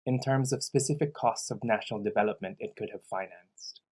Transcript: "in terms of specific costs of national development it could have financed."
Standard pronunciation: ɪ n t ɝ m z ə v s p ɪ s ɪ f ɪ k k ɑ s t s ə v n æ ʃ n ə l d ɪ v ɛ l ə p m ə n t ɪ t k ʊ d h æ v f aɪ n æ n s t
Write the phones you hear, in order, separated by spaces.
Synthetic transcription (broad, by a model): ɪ n t ɝ m z ə v s p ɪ s ɪ f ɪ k k ɑ s t s ə v n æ ʃ n l d ɪ v ɛ l ə p m ə n t ɪ t k ʊ d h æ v f aɪ n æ n s t